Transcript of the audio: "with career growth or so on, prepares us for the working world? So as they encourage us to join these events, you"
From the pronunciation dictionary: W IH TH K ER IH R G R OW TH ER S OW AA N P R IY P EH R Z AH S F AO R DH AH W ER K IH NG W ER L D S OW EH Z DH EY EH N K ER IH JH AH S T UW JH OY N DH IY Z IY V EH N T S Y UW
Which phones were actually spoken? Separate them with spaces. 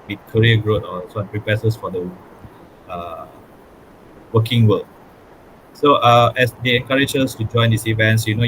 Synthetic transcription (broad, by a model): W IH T K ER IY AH G R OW T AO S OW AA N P R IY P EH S AH S F AO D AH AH W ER K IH NG W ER L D S OW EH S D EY EH N K ER IH JH AH S T UW JH OY N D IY S IY V EH N T S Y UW